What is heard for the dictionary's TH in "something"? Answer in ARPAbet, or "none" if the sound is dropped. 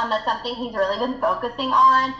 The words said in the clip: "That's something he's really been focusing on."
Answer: TH